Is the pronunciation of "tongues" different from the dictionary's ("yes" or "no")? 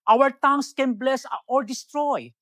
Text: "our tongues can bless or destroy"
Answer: yes